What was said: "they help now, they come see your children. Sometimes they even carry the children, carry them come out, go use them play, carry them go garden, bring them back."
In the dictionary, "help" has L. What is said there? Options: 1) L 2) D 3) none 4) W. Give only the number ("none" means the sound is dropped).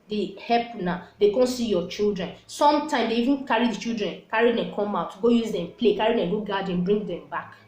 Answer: 3